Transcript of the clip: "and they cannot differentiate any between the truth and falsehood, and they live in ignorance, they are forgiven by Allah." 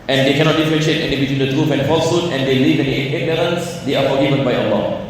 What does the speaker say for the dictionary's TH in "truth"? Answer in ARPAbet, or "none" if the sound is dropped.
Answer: F